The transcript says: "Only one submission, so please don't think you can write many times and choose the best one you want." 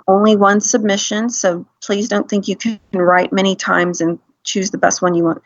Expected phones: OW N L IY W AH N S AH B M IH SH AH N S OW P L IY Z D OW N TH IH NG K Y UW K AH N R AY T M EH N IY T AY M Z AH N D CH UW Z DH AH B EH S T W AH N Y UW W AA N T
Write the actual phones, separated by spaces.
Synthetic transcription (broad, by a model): OW N L IY W AH N S AH B M IH SH AH N S OW P L IY Z D OW N TH IH NG K Y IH K N R AY T M EH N IY T AY M Z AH N CH UW Z DH AH B EH S T W AH N Y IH W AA N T